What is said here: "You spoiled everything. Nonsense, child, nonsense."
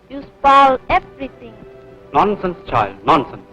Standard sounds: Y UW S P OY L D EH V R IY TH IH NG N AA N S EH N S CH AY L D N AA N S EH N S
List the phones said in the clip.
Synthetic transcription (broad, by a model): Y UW S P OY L EH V R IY T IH NG N AA N S EH N S CH AY L D N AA N S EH N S